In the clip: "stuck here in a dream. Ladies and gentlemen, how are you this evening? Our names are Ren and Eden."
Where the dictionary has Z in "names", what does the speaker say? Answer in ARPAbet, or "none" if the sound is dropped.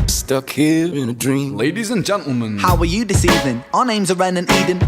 Z